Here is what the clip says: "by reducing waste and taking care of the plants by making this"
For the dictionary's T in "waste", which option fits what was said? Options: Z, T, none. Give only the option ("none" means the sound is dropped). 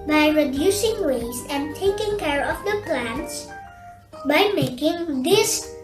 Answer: none